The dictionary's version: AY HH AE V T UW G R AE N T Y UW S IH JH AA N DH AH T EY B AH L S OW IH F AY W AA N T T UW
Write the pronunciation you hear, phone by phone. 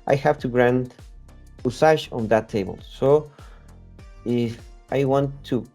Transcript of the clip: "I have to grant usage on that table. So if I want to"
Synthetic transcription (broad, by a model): AY HH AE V T UW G R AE N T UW S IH SH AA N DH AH T EY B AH L S OW IH F AY W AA N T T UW